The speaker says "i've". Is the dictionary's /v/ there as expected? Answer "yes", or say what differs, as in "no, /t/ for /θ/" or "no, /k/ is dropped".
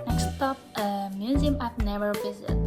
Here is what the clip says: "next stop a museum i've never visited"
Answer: no, /p/ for /v/